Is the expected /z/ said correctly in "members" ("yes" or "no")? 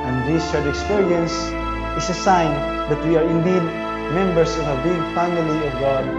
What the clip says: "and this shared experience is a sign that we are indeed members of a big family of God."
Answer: no